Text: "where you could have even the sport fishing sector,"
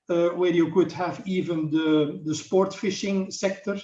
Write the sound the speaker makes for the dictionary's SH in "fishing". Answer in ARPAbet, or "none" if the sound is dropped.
SH